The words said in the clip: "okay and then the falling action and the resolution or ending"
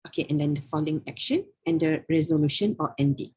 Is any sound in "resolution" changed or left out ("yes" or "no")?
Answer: no